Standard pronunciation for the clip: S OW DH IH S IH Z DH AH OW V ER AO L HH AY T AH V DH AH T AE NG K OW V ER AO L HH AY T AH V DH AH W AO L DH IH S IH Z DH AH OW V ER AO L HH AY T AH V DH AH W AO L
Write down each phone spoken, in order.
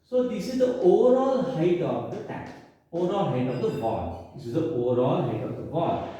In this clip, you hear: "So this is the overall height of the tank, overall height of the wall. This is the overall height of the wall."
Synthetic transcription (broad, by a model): S OW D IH S IH Z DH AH OW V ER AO L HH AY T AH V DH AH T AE K OW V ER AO L HH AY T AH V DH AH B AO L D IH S IH Z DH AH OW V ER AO L HH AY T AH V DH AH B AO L